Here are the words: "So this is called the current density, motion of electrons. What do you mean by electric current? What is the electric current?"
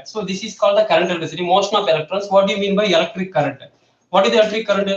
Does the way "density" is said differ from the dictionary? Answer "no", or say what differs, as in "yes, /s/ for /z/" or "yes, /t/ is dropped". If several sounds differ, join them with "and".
yes, /n/ is dropped